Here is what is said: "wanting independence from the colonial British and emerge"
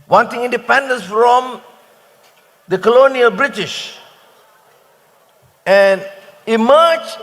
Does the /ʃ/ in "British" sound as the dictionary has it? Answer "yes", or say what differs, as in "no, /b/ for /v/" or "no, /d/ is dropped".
yes